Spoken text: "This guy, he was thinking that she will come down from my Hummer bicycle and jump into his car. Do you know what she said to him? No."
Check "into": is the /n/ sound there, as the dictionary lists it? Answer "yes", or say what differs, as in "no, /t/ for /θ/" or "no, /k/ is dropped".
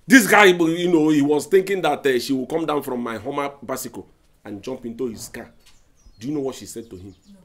yes